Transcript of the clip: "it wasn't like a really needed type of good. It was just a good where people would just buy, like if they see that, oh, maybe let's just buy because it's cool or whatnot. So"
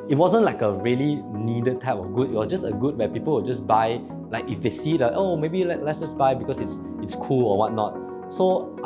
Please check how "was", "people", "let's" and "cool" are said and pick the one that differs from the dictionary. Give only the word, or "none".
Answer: was